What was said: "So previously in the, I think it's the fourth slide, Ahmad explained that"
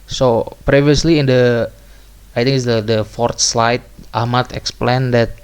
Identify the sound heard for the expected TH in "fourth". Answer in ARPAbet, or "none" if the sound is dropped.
T